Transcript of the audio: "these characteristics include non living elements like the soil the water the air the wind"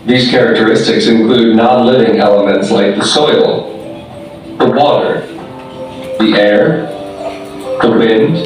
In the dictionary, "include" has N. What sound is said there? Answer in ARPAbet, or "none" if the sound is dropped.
N